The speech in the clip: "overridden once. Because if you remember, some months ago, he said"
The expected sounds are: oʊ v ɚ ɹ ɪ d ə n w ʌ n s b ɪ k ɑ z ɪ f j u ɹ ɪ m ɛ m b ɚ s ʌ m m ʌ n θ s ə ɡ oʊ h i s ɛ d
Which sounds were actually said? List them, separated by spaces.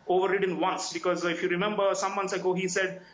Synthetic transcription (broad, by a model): oʊ v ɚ ɹ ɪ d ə n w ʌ n s b ɪ k ɑ z ɪ f j u ɹ ɪ m ɛ m b ɚ s ʌ m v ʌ n s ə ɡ oʊ h i s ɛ d